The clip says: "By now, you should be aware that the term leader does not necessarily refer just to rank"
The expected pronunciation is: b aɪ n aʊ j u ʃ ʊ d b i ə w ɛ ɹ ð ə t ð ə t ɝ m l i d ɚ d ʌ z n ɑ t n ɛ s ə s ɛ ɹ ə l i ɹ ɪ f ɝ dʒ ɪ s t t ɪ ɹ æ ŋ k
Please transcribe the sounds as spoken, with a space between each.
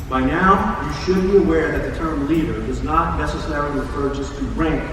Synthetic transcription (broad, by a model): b aɪ n aʊ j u ʃ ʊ d b i ə w ɛ ɹ ð ə t ð ə t ɝ m l i d ɚ d ʌ z n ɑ t n ɛ s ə s ɛ ɹ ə l i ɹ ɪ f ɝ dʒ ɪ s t t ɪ ɹ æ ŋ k